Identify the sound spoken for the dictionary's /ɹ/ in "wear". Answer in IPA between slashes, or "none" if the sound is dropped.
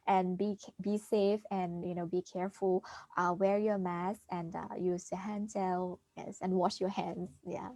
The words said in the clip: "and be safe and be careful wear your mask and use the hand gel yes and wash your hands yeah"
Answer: /ɹ/